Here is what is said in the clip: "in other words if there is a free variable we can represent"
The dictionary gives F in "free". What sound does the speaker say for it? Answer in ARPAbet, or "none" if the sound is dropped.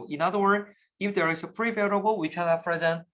P